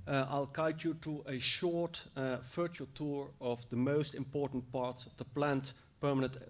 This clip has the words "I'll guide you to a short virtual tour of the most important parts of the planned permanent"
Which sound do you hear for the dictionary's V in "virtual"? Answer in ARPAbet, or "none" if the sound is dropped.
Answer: F